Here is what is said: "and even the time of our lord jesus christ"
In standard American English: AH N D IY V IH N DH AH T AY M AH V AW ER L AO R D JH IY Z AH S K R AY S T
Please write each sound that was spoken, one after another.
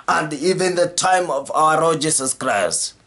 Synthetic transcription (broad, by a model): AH N D IY V IH N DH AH T AY M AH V AW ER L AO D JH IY S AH S K R AY S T